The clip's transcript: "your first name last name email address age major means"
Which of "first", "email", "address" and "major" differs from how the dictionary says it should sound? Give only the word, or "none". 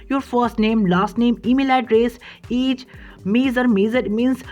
major